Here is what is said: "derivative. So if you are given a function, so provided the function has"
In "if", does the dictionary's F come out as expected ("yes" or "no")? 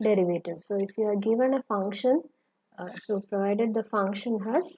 yes